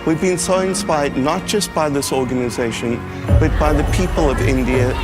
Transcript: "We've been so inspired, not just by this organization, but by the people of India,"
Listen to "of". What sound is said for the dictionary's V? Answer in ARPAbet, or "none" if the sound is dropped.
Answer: V